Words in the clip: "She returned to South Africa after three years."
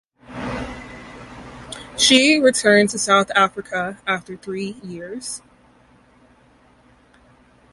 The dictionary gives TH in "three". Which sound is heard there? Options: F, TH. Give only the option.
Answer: TH